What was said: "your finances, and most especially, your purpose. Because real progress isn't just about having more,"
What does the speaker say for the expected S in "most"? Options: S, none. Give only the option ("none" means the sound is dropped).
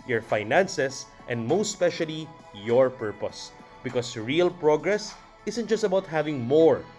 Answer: none